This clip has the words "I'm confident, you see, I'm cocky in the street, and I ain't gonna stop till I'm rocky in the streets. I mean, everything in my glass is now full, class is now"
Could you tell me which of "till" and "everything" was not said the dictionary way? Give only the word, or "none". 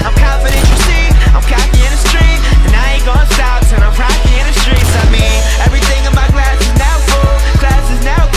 till